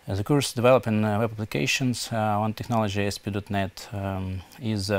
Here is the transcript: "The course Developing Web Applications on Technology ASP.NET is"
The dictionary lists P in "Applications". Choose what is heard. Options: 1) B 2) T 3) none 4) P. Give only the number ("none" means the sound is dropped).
1